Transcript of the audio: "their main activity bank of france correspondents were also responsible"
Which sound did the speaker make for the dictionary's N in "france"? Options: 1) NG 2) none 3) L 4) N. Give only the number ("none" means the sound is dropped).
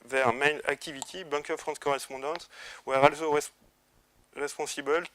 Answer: 2